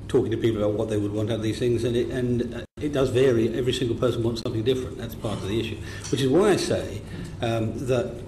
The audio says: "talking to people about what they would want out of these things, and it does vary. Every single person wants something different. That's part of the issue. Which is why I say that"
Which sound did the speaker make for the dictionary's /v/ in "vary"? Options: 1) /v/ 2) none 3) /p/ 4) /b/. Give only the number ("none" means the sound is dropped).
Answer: 1